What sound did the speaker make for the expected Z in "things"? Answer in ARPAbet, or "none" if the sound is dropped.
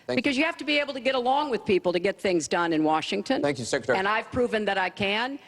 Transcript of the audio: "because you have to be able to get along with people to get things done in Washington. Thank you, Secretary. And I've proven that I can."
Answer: Z